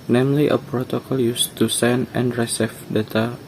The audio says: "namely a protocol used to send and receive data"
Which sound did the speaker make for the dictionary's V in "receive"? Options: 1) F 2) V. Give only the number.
1